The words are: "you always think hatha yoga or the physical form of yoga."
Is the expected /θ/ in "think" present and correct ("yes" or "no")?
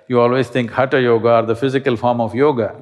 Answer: no